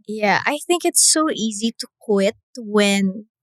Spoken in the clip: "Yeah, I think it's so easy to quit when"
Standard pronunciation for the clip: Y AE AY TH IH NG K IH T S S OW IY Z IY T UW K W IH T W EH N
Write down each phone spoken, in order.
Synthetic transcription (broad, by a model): Y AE AY TH IH NG K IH T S S OW IY Z IY T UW K W IH T W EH N